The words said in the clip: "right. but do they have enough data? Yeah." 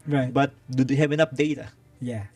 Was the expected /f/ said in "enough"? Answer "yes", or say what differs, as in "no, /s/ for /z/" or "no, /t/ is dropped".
no, /p/ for /f/